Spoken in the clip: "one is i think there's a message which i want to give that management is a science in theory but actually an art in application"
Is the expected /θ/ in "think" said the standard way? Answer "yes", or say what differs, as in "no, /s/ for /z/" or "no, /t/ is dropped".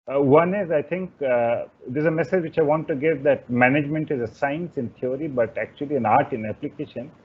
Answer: no, /t/ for /θ/